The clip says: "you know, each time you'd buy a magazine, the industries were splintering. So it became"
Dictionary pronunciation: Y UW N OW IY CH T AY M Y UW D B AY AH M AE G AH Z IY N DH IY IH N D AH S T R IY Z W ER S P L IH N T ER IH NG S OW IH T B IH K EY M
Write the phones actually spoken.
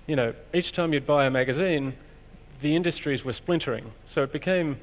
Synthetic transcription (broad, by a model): Y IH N OW IY CH T AY M Y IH D B AY AH M AE G AH Z IY N DH IY IH N D AH S T R IY Z W ER S P L IH N T ER IH NG S OW IH T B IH K EY M